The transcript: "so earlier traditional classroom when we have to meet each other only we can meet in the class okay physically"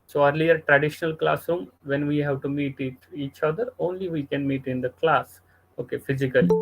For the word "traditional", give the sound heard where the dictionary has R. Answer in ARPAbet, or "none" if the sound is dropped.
R